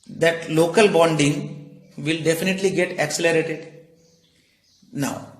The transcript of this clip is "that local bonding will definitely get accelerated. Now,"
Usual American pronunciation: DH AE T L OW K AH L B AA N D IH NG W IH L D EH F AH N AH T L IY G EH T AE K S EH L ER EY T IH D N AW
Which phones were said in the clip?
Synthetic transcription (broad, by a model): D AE T L OW K AH L B AA N D IH NG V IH L D EH F AH N AH T L IY G EH T AE K S EH L ER EY T IH D N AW